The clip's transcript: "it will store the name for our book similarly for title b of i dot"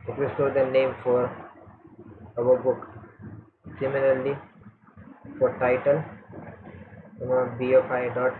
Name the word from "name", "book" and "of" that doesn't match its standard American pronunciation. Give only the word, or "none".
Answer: of